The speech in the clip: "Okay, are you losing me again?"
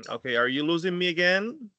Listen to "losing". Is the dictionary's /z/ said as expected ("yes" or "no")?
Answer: yes